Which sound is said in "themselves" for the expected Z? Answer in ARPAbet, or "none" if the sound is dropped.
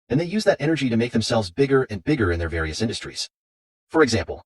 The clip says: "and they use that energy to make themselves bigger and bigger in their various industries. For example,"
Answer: Z